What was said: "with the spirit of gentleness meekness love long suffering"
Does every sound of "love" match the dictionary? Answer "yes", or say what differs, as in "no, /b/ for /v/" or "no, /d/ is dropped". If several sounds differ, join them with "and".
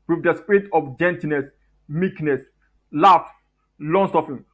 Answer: no, /f/ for /v/